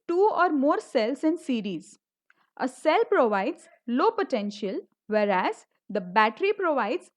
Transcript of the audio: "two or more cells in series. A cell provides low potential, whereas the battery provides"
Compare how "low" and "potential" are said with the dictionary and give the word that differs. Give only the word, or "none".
none